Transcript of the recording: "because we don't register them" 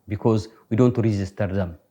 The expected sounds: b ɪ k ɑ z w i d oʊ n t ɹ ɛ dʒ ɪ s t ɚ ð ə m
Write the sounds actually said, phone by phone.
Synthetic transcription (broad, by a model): b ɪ k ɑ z w i d oʊ n t ɹ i z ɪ s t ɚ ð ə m